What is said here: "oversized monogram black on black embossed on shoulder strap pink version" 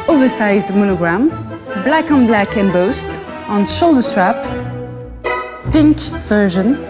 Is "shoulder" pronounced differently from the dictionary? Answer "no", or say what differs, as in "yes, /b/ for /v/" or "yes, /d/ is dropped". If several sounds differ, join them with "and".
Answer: no